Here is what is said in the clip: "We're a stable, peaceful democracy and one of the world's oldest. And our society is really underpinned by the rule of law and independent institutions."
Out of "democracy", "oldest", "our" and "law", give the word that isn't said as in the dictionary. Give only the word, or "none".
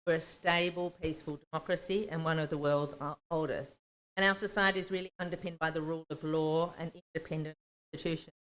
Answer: none